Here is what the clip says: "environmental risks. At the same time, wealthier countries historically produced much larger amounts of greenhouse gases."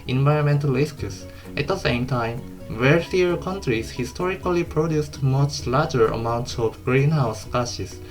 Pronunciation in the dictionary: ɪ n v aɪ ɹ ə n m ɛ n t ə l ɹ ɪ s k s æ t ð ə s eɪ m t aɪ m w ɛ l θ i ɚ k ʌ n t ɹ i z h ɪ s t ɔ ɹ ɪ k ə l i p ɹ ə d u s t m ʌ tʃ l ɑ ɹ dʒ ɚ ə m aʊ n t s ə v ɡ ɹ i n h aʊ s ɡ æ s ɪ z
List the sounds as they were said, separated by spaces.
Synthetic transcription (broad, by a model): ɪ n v aɪ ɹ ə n m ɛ n t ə l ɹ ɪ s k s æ t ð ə s eɪ m t aɪ m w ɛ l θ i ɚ k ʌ n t ɹ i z h ɪ s t ɔ ɹ ɪ k ə l i p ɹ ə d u s t m ʌ tʃ l ɑ ɹ dʒ ɚ ə m aʊ n t s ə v ɡ ɹ i n h aʊ s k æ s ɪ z